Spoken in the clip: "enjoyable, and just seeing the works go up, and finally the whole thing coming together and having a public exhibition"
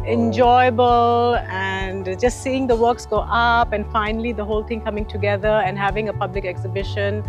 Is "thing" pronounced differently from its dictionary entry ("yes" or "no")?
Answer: yes